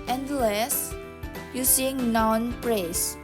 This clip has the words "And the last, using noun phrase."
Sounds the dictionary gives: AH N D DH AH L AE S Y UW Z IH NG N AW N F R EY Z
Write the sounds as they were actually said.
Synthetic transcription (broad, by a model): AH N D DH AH L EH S Y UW S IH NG N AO N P R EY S